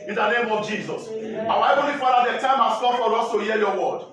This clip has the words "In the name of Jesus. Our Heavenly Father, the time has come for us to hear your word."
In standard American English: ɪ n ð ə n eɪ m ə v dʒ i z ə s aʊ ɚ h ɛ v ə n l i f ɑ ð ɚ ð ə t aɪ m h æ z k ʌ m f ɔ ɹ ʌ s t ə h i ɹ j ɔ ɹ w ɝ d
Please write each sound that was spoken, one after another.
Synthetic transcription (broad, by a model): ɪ n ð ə n eɪ m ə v dʒ i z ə s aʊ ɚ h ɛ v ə l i f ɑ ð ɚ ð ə t aɪ m h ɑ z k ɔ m f ɔ ɹ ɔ s t ə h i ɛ j ɔ w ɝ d